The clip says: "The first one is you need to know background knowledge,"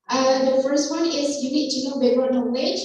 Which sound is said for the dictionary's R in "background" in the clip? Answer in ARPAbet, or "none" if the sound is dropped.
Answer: none